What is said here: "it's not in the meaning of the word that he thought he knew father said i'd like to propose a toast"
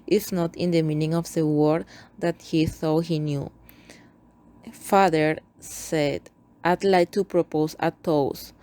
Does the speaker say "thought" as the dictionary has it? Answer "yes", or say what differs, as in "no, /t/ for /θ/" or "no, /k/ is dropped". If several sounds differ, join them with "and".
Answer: no, /s/ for /θ/